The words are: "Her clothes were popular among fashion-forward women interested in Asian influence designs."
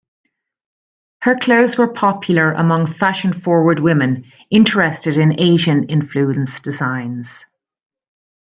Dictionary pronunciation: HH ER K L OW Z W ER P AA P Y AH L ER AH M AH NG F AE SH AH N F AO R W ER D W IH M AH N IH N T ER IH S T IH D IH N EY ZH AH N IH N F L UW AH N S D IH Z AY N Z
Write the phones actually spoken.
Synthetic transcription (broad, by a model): HH ER K L OW Z W ER P AA P Y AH L ER AH M AH NG F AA SH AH N F AO R W ER D W IH M AH N IH N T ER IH S T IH D IH N EY ZH AH N IH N F L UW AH N S D IH Z AY N Z